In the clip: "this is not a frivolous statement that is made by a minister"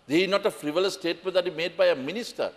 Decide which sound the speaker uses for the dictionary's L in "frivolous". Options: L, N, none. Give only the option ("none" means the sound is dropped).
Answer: none